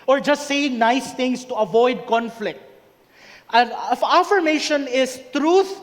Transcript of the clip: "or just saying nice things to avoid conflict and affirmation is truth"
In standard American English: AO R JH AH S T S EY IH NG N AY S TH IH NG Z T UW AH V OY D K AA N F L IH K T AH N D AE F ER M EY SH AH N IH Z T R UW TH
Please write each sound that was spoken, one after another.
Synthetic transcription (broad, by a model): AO R JH AH S T S EY IH NG N AY S T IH NG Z T UW AH V OY D K AA N F L IH K T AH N AE F ER M EY SH AH N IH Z T R UW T